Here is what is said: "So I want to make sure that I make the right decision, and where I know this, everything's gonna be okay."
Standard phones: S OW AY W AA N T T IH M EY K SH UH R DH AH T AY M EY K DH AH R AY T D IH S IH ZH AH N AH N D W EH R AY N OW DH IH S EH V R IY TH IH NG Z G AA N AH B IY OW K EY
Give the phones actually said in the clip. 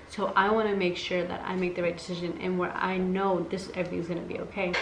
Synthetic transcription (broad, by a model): S OW AY W AA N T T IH M EY K SH UH R DH AH T AY M EY K DH AH R AY T D IH S IH ZH AH N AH N W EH R AY N OW DH IH S EH V R IY TH IH NG Z G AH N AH B IY OW K EY